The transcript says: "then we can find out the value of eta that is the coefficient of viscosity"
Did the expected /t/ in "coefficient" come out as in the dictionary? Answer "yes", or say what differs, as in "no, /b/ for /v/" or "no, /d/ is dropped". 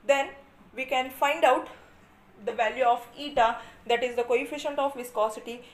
yes